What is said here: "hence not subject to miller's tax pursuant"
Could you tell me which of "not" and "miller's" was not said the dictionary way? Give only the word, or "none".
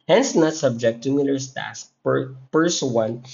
miller's